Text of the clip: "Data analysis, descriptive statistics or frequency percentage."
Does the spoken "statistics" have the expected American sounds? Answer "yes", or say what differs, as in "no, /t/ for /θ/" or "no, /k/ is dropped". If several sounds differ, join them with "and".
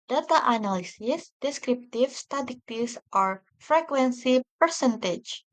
no, /s/ is dropped and /k/ is dropped